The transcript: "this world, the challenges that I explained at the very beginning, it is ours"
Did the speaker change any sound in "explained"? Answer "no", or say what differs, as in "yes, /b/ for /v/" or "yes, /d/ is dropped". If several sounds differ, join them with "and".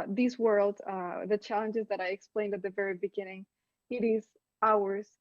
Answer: no